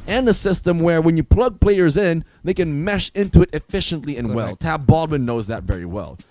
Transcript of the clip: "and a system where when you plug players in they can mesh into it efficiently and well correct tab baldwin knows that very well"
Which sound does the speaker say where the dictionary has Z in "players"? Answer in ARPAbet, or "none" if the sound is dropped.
Z